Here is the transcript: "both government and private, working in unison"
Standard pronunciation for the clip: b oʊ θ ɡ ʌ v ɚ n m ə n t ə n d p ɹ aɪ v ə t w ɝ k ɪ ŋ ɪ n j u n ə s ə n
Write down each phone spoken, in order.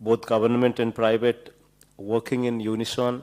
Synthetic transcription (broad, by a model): b oʊ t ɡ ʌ b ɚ n m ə n t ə n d p ɹ aɪ b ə t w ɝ k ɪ ŋ ɪ n j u n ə s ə n